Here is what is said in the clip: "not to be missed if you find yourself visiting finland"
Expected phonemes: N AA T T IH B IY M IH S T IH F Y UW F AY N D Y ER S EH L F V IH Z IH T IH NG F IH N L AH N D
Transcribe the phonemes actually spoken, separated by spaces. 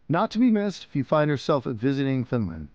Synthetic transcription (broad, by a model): N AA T T IH B IY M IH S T IH F Y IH F AY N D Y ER S EH L F V IH Z IH T IH NG F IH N L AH N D